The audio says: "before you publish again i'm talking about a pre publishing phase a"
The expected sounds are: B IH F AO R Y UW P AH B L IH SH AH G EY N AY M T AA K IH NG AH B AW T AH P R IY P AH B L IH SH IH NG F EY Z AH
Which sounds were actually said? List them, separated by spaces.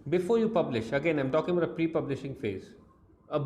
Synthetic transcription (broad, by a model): B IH F AO R Y UW P AH B L IH SH AH G EY N AY M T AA K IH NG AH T AH P R IY P AH B L IH SH IH NG F EY Z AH